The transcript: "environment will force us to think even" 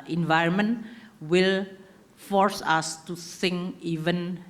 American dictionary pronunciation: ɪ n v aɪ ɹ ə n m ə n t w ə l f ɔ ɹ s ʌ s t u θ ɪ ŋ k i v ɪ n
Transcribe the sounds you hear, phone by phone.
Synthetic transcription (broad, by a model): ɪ n v aɪ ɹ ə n m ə n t w ə l f ɔ ɹ s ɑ s t u s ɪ ŋ i v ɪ n